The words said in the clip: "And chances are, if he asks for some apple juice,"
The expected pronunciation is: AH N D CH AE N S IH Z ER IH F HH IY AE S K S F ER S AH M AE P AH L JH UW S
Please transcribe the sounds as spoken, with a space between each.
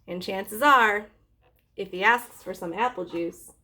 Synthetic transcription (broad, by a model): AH N CH AE N S IH Z ER IH F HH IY AE S K S F ER S AH M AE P L JH UW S